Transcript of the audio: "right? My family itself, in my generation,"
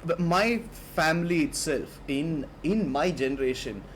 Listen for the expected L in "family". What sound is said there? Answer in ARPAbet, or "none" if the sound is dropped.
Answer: L